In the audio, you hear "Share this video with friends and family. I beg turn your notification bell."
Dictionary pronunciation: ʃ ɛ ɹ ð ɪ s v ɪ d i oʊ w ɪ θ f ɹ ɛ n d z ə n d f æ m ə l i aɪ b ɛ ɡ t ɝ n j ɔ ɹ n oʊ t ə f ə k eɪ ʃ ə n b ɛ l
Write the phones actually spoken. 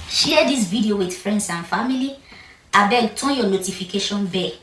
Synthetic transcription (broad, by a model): ʃ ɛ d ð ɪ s v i d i oʊ w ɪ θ f ɹ ɛ n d s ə n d f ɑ m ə l i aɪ b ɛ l t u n j ɔ n oʊ t ə f ə k eɪ ʃ ə n b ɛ